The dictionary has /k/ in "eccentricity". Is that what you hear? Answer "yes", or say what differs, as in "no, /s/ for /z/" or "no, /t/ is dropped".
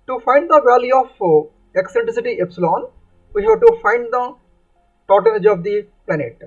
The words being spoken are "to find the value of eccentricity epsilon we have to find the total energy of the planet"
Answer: yes